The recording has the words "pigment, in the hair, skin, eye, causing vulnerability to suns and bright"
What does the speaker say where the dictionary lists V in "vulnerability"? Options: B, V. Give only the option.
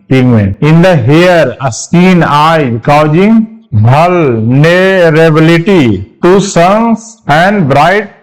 B